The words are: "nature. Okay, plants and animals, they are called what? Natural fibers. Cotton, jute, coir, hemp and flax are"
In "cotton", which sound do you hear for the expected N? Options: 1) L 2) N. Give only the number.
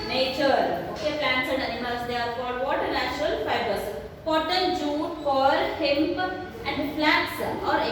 1